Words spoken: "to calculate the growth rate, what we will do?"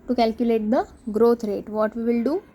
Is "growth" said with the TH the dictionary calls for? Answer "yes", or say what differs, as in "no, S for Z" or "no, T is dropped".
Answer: no, T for TH